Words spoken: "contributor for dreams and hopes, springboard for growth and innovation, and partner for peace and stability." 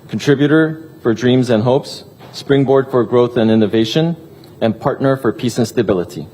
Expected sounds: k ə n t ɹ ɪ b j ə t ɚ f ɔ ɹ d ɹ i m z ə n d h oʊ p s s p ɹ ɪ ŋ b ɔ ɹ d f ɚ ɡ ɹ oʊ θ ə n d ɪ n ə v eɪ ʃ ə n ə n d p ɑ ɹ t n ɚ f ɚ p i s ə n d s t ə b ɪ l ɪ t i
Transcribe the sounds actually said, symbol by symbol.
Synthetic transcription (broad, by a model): k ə n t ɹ ɪ b j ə t ɚ f ɔ ɹ d ɹ i m z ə n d h oʊ p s s p ɹ ɪ ŋ b ɔ ɹ d f ɚ ɡ ɹ oʊ θ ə n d ɪ n ə v eɪ ʃ ə n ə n p ɑ ɹ t n ɚ f ɚ p i s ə n s t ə b ɪ l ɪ t i